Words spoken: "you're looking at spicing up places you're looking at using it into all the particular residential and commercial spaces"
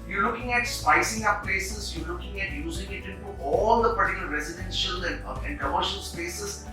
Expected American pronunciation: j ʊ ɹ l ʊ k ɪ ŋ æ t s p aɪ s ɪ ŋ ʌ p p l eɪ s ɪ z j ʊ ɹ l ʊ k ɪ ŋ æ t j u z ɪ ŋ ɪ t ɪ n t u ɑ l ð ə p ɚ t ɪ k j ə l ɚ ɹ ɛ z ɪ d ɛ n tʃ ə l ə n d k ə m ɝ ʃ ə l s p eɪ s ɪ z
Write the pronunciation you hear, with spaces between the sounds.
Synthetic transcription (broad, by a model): j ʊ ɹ l ʊ k ɪ ŋ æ t s p aɪ s ɪ ŋ ʌ p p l eɪ s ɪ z j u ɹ l ʊ k ɪ ŋ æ t j u z ɪ ŋ ɪ t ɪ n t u ɑ l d ə p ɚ t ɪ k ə l ɹ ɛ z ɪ d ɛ n ʃ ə l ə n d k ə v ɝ ʃ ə n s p eɪ s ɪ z